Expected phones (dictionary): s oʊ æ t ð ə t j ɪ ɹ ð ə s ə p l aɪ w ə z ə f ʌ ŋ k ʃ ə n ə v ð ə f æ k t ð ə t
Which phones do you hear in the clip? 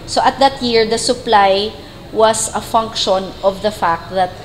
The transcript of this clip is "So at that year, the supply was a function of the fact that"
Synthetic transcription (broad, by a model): s oʊ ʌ t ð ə t j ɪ ɹ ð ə s ə p l aɪ w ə s ə f ʌ ŋ k ʃ ə n ə v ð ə f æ k t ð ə t